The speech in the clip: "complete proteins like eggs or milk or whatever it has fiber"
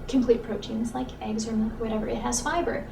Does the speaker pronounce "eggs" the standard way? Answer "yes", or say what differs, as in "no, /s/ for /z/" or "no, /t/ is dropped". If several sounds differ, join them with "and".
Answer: yes